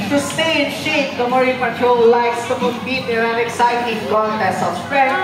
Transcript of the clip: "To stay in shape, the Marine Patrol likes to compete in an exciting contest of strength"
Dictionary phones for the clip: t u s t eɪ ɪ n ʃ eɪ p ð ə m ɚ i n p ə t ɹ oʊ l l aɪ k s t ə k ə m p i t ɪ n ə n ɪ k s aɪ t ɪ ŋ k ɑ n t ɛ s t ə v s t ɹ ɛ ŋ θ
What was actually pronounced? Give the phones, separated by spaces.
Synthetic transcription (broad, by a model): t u s t eɪ ɪ n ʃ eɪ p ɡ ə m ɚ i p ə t oʊ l l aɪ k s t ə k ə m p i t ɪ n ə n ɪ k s aɪ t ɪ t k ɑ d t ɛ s ə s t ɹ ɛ